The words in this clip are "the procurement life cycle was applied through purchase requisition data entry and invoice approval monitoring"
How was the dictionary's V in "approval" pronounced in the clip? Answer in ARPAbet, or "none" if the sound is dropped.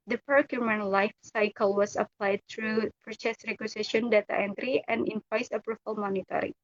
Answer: F